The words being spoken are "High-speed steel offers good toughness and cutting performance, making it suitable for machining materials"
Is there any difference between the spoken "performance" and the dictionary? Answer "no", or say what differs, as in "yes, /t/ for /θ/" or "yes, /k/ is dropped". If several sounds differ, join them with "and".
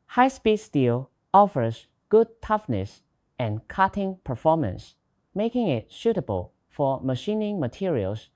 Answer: no